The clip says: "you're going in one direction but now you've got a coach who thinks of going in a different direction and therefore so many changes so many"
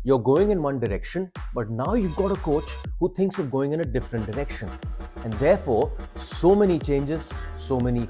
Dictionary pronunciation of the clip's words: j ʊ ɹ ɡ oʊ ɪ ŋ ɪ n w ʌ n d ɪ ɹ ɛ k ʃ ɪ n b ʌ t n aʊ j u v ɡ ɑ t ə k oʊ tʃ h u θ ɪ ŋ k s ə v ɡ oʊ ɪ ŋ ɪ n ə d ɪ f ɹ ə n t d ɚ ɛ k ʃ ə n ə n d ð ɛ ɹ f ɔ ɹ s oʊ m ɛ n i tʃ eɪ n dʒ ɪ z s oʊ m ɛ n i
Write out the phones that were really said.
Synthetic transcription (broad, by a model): j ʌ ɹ ɡ oʊ ɪ ŋ ɪ n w ʌ n d ɪ ɹ ɛ k ʃ ɪ n b ʌ t n aʊ j u v ɡ ɑ t ə k oʊ tʃ h u t ɪ ŋ k s ə v ɡ oʊ ɪ ŋ ɪ n ə d ɪ f ɹ ə n t d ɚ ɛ k ʃ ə n ə n d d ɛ ɹ f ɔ ɹ s oʊ m ɛ n i tʃ eɪ n dʒ ɪ z s oʊ m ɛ n i